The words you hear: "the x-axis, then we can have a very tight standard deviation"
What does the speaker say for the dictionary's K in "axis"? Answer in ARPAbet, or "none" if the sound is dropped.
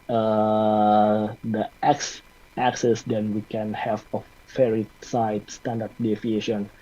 K